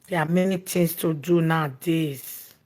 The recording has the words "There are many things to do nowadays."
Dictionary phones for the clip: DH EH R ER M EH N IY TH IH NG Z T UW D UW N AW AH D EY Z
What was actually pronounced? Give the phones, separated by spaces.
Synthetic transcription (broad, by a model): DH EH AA M EH N IY T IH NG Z T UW D UW N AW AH D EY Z